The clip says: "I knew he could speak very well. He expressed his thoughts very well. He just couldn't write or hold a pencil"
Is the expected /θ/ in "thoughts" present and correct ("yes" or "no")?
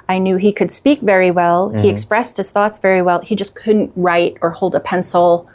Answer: yes